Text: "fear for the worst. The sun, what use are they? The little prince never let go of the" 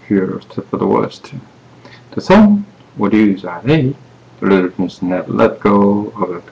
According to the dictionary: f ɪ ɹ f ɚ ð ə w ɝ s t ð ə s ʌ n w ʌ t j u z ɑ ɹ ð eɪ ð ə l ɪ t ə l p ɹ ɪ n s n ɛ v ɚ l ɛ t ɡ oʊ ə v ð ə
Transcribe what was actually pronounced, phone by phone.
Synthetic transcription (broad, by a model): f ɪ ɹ f ɚ ð ə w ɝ s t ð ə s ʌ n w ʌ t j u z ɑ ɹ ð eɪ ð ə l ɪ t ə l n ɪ s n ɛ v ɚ l ɛ t ɡ oʊ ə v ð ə